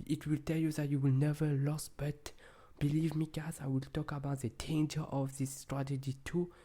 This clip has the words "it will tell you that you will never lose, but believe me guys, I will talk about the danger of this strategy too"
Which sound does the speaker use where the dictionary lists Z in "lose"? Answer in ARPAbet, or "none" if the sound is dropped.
S